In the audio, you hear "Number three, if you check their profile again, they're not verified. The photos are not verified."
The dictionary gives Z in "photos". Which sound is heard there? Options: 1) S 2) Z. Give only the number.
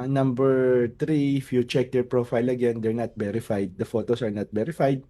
1